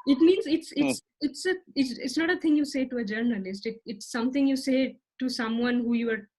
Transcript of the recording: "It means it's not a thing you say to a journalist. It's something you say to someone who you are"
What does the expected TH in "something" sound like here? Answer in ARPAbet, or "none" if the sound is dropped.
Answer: T